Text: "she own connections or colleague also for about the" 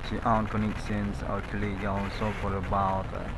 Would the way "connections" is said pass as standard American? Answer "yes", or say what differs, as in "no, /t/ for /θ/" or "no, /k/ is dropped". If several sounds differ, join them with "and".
no, /s/ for /ʃ/